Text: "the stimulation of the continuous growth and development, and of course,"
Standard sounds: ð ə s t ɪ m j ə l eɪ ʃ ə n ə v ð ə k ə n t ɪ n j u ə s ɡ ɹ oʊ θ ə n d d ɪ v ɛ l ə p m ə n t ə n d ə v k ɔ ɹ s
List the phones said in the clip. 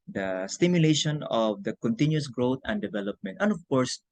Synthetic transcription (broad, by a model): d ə s t ɪ m j ə l eɪ ʃ ə n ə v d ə k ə n t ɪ n j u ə s ɡ ɹ oʊ t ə n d d ɪ v ɛ l ə p m ə n t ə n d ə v k ɔ ɹ s